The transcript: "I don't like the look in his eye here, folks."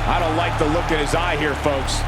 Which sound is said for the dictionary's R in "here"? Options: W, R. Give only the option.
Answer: R